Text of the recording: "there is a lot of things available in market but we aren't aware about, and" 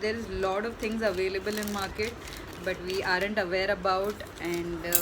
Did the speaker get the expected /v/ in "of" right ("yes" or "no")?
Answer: yes